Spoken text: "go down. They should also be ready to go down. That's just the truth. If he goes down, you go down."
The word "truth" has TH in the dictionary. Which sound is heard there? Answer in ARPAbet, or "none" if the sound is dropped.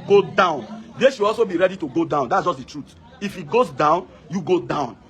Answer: T